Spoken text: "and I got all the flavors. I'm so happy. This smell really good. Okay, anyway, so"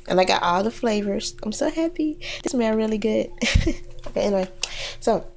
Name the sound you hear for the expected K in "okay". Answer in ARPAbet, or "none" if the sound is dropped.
none